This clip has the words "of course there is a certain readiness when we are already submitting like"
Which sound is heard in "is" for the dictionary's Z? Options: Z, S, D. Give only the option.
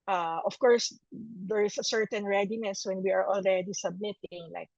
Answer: S